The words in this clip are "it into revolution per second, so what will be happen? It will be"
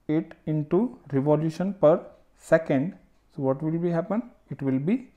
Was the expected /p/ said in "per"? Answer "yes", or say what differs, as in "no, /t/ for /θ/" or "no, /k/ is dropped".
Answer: yes